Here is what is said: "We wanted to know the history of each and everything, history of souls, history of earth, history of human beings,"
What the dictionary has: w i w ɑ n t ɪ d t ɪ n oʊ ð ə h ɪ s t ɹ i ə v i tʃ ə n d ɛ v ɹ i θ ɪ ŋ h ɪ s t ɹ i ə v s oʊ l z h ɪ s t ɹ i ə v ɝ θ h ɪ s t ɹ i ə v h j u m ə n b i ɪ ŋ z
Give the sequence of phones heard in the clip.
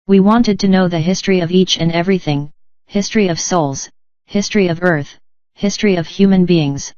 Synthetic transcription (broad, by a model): w i w ɑ n t ɪ d t ɪ n oʊ ð ə h ɪ s t ɹ i ə v i tʃ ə n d ɛ v ɹ i θ ɪ ŋ h ɪ s t ɹ i ə v s oʊ l z h ɪ s t ɹ i ə v ɝ θ h ɪ s t ɹ i ə v h j u m ə n b i ɪ ŋ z